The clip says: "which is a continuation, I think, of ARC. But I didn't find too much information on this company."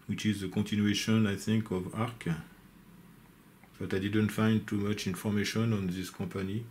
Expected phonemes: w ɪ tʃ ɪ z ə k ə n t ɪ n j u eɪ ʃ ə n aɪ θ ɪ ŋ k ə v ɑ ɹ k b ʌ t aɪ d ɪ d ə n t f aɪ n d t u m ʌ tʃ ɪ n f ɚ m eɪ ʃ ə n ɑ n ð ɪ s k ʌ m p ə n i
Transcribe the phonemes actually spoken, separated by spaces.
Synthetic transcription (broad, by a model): w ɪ tʃ ɪ z ə k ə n t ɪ n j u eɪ ʃ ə n aɪ θ ɪ ŋ k ə v ɑ ɹ k b ʌ t aɪ d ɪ d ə n t f aɪ n d t u m ʌ tʃ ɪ n f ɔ m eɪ ʃ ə n ɑ n ð ɪ s k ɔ p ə n i